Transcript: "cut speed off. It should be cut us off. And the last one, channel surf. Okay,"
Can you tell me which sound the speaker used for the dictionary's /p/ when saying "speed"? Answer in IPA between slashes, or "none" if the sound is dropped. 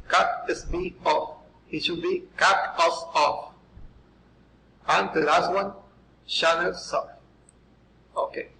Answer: /b/